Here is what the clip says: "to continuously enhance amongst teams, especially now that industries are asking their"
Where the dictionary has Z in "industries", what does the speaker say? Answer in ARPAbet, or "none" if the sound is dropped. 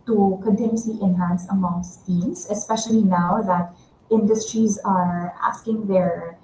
Z